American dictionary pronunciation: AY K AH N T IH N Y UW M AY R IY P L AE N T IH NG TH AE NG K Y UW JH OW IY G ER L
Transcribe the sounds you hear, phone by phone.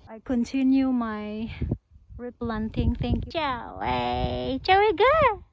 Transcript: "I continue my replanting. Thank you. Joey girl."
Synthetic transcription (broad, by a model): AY K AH N T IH N Y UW M AY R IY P L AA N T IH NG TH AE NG K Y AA CH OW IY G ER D